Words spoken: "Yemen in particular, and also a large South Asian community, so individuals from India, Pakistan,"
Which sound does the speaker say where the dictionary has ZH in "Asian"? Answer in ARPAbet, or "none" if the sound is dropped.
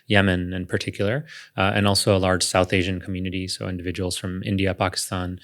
ZH